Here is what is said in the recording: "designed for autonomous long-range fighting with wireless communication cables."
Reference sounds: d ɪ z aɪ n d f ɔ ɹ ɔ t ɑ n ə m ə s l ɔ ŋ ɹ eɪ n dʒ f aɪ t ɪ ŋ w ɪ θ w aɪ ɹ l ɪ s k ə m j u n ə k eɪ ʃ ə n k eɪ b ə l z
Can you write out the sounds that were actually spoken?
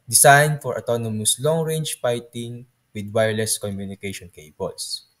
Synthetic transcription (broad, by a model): d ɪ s aɪ n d f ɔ ɹ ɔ t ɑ n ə m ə s l ɔ ŋ ɹ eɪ n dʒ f aɪ t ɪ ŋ w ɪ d w aɪ ɹ l ɪ s k ə m j u n ə k eɪ ʃ ə n k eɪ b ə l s